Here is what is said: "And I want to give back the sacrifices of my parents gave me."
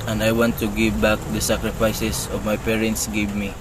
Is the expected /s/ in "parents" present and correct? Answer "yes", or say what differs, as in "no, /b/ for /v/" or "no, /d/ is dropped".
yes